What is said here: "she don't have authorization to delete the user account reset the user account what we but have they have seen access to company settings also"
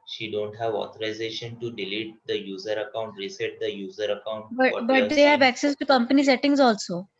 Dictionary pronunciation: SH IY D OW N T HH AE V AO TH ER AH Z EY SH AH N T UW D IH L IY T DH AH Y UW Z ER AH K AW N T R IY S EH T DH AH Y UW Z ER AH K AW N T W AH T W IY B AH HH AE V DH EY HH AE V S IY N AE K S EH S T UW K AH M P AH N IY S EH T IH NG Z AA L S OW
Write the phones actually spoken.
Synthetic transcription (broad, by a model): SH IY D OW N T HH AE V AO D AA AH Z EY SH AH N T UW D IH L IY T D AH Y UW Z ER AH K AW N T R IY S EH T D AH Y UW Z ER AH K AW N T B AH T B AH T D EY HH AE V AE K S EH S T UW K AH M P AH N IY S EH T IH NG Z AA L S OW